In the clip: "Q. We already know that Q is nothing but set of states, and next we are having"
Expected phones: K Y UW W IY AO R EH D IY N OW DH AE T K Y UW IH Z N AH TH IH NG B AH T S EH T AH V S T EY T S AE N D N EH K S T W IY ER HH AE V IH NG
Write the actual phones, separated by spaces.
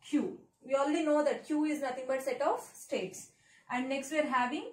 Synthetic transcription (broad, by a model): K Y UW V IY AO L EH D IY N OW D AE T K Y UW IH Z N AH T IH NG B AH T S EH T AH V S T EY T S AE N D N EH K S T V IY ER HH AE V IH NG